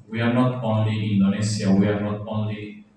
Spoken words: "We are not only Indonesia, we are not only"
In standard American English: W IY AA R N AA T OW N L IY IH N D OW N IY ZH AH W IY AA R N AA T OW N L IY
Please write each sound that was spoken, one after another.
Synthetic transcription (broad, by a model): W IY AA R N AA T OW N L IY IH N D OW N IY S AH W IY AA R N AA T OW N L IY